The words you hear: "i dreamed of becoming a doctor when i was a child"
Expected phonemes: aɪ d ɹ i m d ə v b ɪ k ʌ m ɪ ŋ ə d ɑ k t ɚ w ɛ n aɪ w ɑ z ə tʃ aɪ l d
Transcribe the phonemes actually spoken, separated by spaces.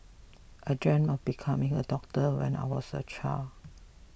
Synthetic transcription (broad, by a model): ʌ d ɹ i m ə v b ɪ k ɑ m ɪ ŋ ə d ɑ k t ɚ w ɛ n aɪ w ɑ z ə tʃ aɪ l